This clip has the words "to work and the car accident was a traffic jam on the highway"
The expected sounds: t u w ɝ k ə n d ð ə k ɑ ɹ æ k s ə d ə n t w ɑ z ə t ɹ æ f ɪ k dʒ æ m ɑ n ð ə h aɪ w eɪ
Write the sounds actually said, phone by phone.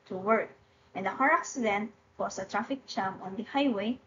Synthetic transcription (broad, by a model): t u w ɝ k ə n d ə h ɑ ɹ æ k s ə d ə n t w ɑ s ə t ɹ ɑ f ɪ k tʃ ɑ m ɑ n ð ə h aɪ w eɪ